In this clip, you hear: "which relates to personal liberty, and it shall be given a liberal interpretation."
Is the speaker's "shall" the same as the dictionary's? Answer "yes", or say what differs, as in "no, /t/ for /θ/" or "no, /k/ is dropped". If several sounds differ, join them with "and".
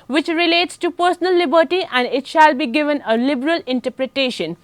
yes